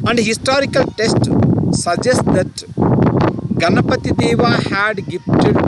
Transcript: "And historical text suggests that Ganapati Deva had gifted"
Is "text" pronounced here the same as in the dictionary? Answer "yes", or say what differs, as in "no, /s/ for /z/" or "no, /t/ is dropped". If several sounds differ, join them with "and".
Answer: no, /k/ is dropped